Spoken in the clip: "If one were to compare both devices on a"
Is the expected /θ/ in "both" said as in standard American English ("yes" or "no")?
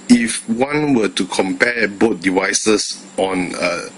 no